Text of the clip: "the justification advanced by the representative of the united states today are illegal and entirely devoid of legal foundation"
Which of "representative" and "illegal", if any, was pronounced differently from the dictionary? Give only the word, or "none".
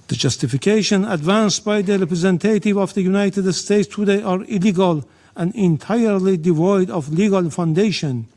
none